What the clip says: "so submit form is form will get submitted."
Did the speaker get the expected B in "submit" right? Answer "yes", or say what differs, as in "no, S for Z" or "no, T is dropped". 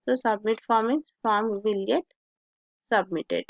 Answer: yes